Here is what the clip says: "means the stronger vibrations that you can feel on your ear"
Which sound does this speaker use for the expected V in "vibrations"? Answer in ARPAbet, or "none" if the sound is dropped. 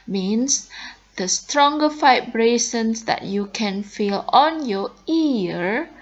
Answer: F